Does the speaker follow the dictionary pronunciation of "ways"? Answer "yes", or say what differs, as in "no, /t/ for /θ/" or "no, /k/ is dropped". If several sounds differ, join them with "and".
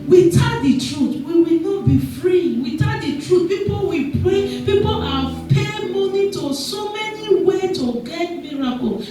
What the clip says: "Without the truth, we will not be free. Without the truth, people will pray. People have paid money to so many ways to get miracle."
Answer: no, /z/ is dropped